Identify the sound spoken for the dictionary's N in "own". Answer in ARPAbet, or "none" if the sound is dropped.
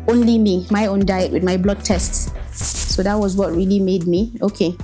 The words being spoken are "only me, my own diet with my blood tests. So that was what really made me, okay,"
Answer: N